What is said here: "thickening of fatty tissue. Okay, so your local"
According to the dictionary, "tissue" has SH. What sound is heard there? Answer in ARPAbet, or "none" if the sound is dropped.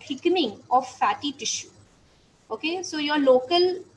SH